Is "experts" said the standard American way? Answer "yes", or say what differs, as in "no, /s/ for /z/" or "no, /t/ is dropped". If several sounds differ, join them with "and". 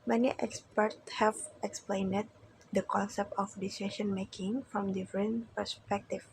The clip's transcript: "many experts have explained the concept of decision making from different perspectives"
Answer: yes